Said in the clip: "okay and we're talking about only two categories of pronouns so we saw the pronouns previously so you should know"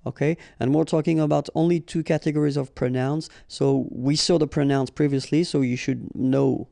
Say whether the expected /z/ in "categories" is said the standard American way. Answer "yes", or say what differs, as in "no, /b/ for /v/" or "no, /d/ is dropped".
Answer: yes